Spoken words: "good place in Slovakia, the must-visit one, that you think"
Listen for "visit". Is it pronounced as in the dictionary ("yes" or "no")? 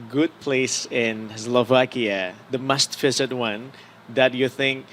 no